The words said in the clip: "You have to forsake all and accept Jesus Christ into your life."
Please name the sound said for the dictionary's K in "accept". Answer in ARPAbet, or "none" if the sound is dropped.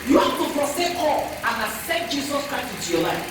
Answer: none